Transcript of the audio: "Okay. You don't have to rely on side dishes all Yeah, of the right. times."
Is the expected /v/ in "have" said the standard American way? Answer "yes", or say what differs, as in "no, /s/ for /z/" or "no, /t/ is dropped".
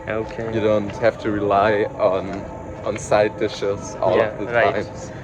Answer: no, /f/ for /v/